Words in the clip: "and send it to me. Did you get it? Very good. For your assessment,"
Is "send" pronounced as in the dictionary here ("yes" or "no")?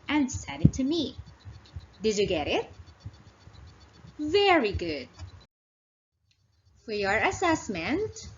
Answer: no